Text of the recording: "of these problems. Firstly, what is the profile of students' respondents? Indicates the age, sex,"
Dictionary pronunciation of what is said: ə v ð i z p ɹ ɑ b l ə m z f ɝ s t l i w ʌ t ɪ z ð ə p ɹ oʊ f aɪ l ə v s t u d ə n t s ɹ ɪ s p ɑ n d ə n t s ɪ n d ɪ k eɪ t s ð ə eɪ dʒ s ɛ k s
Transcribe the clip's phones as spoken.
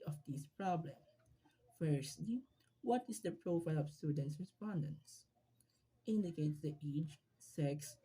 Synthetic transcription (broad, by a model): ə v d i s p ɹ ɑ b l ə m f ɝ s t l i w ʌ t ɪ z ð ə p ɹ oʊ f aɪ l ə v s t u d ə n t s ɹ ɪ s p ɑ n d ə n s ɪ n d ɪ k eɪ t s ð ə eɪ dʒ s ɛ k s